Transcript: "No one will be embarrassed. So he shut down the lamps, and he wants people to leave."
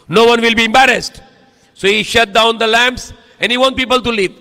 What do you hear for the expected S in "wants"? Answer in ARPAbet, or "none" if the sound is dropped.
none